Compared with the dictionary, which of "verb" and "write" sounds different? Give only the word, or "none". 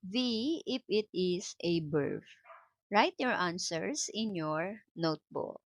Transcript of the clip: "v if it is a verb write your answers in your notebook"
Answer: verb